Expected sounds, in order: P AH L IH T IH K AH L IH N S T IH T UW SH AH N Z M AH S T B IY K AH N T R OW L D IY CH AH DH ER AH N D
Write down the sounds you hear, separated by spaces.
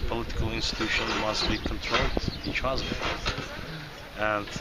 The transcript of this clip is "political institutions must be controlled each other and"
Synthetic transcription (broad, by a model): P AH L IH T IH K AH L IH N S T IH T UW SH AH N M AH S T B IY K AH N T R OW L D IY CH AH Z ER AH N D